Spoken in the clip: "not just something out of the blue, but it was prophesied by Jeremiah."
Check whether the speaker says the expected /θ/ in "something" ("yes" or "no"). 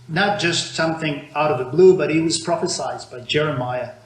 yes